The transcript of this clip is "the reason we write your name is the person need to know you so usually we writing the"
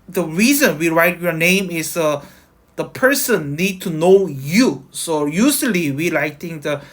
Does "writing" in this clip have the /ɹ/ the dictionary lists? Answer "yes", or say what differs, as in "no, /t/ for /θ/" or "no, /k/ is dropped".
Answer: no, /l/ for /ɹ/